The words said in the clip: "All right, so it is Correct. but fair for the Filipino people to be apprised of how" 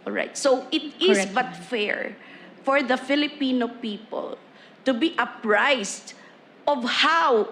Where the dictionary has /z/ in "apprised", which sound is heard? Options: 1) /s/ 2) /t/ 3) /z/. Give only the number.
1